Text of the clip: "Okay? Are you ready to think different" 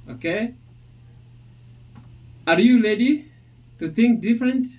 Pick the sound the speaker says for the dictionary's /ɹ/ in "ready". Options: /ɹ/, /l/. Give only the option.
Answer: /l/